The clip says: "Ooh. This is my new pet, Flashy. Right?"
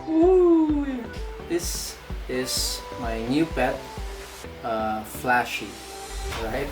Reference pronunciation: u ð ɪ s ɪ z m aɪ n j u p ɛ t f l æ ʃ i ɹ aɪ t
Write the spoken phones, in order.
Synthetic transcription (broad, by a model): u ð ɪ s ɪ z m aɪ n j u b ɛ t f l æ ʃ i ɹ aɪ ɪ